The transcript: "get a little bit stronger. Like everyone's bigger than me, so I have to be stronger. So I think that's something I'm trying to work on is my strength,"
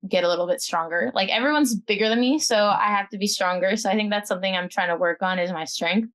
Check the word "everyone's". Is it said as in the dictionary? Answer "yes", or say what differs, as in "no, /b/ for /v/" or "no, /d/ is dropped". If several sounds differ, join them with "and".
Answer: yes